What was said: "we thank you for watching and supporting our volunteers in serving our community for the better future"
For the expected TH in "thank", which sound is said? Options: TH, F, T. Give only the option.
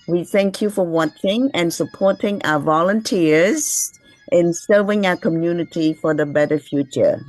TH